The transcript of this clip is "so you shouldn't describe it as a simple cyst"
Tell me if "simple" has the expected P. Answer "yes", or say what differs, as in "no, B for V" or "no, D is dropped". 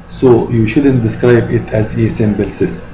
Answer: no, B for P